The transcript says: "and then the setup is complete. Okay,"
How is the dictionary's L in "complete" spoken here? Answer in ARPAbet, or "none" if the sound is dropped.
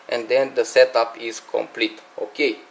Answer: L